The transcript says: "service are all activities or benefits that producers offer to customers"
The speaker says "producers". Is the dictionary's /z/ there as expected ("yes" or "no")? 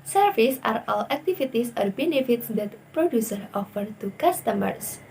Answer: no